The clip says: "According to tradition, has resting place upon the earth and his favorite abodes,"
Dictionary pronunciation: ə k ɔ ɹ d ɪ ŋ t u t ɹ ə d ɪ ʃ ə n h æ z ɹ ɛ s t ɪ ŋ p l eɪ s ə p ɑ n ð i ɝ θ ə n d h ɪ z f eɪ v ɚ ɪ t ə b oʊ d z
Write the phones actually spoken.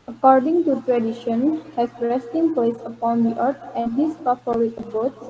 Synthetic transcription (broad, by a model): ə k ɔ ɹ d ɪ ŋ t u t ɹ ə d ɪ ʃ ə n h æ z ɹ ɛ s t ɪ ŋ p l eɪ s ə p ɑ n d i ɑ t ə n d h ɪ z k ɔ f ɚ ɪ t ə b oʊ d